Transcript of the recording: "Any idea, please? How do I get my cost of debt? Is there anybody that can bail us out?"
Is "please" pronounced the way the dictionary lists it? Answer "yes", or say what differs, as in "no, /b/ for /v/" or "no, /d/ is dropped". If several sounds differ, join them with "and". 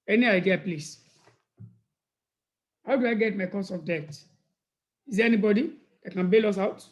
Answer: no, /s/ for /z/